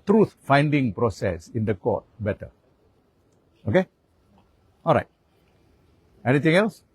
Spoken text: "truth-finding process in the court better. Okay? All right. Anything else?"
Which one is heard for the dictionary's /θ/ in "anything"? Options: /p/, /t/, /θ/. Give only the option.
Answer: /t/